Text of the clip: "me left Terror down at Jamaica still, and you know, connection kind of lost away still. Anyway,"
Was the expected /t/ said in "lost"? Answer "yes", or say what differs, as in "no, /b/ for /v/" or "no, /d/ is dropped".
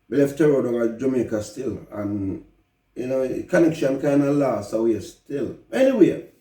no, /t/ is dropped